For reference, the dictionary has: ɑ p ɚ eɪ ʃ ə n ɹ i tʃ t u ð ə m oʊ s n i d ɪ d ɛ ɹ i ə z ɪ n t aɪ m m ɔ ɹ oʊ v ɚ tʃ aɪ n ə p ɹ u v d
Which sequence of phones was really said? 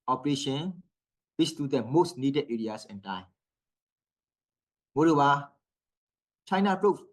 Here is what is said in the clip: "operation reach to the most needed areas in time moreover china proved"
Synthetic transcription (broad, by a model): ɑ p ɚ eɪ ʃ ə n w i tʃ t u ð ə m oʊ s n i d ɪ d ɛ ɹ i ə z ɪ n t aɪ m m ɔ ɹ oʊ b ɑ tʃ aɪ n ə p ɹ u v